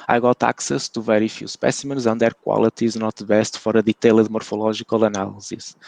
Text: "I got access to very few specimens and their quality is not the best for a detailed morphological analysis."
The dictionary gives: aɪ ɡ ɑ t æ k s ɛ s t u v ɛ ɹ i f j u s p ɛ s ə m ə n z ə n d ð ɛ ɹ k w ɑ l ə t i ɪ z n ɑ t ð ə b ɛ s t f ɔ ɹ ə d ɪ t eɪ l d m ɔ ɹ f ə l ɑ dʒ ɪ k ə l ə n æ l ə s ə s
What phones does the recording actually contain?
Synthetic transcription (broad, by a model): aɪ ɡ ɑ t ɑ k s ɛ s t u v ɛ ɹ i f j u s p ɛ s ə m ə n z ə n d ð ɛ ɹ k w ɑ l ə t i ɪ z n ɑ t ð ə b ɛ s t f ɔ ɹ ə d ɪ t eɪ l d m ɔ ɹ f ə l ɑ ʒ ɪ k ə l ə n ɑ l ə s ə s